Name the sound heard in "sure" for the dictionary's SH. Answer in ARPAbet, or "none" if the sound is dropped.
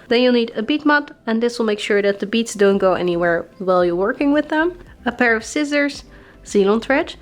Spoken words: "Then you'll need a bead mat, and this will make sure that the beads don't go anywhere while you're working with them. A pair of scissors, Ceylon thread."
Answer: SH